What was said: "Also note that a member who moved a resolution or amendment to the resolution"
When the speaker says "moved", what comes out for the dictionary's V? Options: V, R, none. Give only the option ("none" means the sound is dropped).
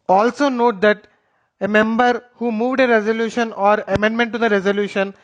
V